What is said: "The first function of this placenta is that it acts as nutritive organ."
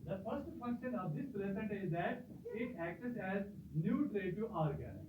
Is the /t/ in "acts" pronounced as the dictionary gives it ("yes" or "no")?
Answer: no